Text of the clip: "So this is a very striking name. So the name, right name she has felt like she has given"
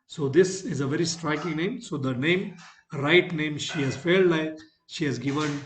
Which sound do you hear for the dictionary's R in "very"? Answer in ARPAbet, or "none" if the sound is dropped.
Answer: R